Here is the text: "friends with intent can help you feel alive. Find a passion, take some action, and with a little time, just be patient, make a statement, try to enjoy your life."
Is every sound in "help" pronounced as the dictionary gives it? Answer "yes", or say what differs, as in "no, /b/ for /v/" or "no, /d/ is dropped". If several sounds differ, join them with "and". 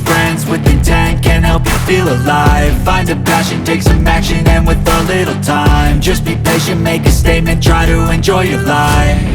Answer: yes